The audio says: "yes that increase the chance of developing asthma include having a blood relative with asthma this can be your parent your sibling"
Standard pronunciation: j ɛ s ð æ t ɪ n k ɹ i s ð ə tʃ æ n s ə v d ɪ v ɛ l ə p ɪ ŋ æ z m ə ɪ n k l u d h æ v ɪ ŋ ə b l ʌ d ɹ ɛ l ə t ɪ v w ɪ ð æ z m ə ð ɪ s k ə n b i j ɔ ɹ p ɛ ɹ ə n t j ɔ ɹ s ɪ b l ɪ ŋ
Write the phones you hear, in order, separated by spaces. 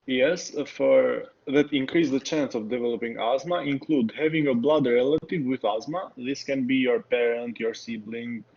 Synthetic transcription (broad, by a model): j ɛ s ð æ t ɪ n k ɹ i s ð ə tʃ æ n s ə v d ɪ v ɛ l ə p ɪ ŋ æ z m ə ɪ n k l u d h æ v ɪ ŋ ə b l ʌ d ɹ ɛ l ə t ɪ v w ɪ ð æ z m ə ð ɪ s k ə n b i j ɔ ɹ p ɛ ɹ ə n t j ɔ ɹ s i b l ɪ ŋ